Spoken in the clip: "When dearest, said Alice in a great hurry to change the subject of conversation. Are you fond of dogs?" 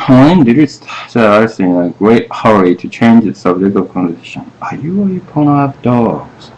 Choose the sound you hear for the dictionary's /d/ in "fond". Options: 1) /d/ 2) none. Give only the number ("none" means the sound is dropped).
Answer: 2